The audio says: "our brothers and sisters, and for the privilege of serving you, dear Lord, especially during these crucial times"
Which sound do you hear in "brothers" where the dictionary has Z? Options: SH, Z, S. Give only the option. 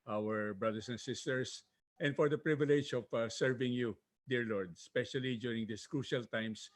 S